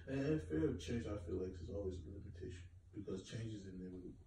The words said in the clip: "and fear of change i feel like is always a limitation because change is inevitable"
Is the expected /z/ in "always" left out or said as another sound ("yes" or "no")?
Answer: no